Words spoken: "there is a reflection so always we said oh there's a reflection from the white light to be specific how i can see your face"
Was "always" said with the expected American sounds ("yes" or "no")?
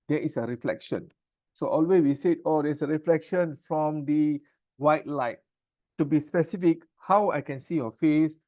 no